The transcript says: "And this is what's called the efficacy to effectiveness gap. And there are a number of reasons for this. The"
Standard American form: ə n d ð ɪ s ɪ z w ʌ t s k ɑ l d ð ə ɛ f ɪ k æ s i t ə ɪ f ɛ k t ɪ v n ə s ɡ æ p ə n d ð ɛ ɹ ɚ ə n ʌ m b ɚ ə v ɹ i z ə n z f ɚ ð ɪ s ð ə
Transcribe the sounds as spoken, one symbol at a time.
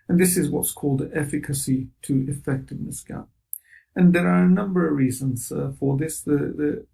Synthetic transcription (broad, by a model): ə n ð ɪ s ɪ z w ʌ t s k ɑ l d ɛ f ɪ k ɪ s i t ə ɪ f ɛ k t ɪ v n ə s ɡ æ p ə n ð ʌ ɹ ɚ ə n ʌ m b ɚ ə v ɹ i z ə n z f ɚ ð ɪ s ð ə